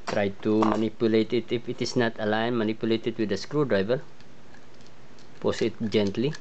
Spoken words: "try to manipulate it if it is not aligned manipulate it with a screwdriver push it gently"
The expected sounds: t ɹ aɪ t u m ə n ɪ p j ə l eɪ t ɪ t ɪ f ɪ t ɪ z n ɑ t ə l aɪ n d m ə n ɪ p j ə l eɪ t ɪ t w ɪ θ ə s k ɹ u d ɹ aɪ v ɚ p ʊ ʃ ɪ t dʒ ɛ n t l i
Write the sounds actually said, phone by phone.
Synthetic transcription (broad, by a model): t ɹ aɪ t u m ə n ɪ p j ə l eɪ t ɪ t ɪ f ɪ t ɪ s n ɑ t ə l aɪ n m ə n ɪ p j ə l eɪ t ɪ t w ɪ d ə s k ɹ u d ɹ aɪ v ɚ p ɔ s ɪ t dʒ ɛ n t l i